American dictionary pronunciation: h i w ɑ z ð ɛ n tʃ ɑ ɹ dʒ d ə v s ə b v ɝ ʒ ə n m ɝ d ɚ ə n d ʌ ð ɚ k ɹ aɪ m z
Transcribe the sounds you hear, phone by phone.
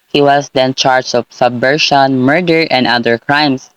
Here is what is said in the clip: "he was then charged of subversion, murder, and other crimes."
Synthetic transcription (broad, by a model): h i w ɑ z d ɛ n tʃ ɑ ɹ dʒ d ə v s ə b ɝ ʃ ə n m ɝ d ɚ ə n d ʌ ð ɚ k ɹ aɪ m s